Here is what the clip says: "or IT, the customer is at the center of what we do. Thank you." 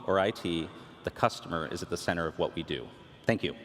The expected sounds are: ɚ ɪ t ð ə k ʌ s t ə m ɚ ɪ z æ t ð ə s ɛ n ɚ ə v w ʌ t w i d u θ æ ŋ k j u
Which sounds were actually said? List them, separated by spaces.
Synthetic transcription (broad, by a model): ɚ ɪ t ð ə k ʌ s t ə m ɚ ɪ z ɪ t ð ə s ɛ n ɚ ə v w ʌ t w i d u θ æ ŋ k j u